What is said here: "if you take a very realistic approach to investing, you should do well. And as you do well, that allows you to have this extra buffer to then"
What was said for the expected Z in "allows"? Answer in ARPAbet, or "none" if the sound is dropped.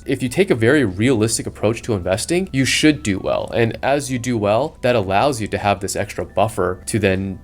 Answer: Z